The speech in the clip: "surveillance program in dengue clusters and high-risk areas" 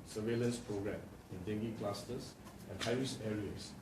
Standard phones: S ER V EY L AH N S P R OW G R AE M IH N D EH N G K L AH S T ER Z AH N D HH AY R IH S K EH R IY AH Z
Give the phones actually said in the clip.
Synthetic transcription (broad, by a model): S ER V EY L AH N S P R OW G R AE M IH N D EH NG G K L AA S T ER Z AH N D HH AY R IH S EH R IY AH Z